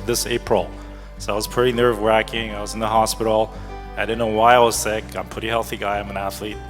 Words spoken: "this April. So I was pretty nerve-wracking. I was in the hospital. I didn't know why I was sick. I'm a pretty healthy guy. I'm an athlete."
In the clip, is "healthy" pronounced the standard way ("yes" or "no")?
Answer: yes